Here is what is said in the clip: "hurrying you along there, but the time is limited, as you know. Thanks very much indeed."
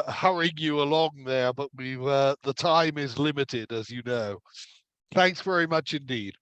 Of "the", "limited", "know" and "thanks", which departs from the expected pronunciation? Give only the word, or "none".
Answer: none